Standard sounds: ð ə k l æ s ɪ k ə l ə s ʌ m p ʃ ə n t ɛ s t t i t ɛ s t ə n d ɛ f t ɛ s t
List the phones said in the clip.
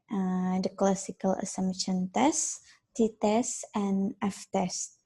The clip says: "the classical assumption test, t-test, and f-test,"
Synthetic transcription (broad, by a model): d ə k l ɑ s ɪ k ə l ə s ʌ m ʃ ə n t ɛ s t t i t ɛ s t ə n ɛ f t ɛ s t